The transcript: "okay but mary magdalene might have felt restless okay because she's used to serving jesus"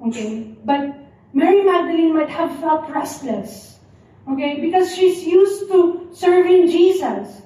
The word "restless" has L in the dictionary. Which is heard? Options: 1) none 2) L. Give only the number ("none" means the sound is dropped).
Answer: 2